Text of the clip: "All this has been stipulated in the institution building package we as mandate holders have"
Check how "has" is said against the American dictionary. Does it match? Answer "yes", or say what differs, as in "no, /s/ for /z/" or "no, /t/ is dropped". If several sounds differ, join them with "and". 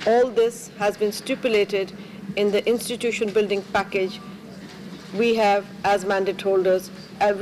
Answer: yes